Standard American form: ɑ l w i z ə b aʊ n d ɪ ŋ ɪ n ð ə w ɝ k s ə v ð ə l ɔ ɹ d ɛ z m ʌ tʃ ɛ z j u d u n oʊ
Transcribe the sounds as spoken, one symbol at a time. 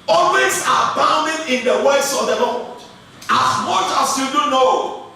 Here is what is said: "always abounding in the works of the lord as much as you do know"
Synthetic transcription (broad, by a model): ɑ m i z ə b aʊ n d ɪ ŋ ɪ n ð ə w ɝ s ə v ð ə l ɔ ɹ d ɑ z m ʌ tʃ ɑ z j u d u n oʊ